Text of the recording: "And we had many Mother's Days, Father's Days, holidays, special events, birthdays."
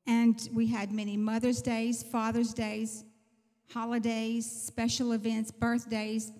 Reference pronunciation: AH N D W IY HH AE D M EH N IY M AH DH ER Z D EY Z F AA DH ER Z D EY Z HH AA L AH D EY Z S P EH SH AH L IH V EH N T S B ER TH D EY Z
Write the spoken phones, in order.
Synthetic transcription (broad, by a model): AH N W IY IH D M EH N IY M AH DH ER Z D EY Z F AA DH ER Z D EY Z HH AA L AH D EY Z S P EH SH L IH V EH N T S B ER TH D EY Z